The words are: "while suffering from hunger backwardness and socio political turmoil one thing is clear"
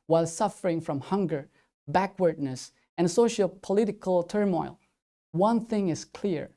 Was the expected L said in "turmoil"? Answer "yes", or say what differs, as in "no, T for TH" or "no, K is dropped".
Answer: yes